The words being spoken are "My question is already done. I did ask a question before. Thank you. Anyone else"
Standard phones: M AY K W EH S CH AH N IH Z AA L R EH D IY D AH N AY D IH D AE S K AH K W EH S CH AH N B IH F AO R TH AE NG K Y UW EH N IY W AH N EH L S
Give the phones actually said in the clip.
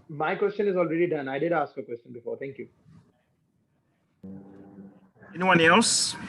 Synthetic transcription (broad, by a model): M AY K W EH S CH AH N IH Z AA L R EH D IY D AH N AY D IH D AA S K AH K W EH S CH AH N B IH F AO R T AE NG K Y UW EH N IY W AH N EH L S